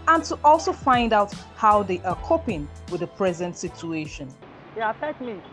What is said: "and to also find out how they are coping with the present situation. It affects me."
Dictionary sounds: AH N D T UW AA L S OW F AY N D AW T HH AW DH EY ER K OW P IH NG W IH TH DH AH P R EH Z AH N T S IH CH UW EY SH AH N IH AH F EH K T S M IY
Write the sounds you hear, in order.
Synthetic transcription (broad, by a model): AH N T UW AA L S OW F AY N D AW T HH AW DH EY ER K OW P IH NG W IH DH AH P R EH Z AH N T S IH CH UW EY SH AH N IH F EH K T M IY